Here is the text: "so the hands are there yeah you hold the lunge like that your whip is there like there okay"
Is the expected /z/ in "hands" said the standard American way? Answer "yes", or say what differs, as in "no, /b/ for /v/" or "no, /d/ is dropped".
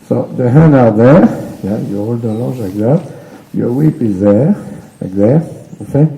no, /z/ is dropped